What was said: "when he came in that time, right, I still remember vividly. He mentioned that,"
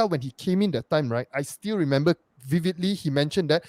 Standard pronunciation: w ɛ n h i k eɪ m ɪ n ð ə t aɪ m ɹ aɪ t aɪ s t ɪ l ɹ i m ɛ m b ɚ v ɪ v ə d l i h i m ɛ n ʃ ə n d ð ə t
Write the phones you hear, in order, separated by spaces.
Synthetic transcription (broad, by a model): w ɛ n h i k eɪ m ɪ n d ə t aɪ m ɹ aɪ t aɪ s t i l ɹ i m ɛ m b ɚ v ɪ v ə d l i h i m ɛ n ʃ ə n d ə t